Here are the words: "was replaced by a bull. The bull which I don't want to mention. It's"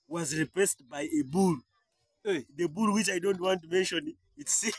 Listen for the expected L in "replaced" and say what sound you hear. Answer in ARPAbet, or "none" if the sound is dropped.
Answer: none